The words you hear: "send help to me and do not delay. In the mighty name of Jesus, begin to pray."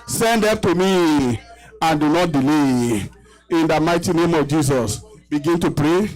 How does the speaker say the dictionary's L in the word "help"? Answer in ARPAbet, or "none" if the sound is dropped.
none